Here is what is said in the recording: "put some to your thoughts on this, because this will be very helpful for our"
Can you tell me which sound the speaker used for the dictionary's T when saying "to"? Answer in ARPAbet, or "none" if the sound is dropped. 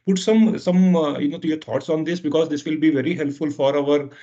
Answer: S